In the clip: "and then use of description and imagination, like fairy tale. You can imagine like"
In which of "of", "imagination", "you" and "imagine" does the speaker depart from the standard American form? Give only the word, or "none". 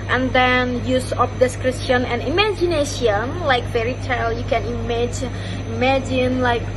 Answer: of